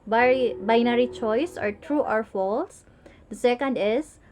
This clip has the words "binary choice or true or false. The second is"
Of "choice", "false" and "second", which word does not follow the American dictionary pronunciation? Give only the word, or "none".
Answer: none